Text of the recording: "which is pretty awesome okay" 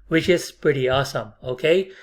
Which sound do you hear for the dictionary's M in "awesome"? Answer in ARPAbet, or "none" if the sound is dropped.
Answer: M